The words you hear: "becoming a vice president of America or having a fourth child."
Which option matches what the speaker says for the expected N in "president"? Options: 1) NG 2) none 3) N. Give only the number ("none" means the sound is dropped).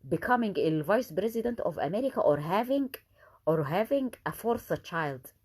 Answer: 3